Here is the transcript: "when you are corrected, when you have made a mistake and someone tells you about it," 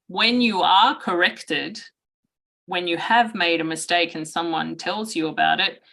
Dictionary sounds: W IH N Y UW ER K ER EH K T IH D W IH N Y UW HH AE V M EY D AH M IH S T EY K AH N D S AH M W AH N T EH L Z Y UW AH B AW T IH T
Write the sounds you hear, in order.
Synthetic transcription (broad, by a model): W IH N Y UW ER K ER EH K T IH D W IH N Y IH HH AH V M EY D AH M IH S T EY K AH N S AH M W AH N T EH L Z Y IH AH B AW T IH T